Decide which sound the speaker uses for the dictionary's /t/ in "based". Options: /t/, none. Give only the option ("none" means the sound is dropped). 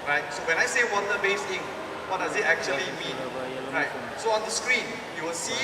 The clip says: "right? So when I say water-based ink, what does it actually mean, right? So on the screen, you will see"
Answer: none